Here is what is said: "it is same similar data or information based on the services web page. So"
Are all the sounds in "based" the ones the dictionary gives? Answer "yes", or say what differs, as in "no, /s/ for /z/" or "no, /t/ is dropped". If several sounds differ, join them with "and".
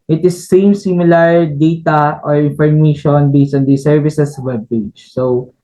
no, /t/ is dropped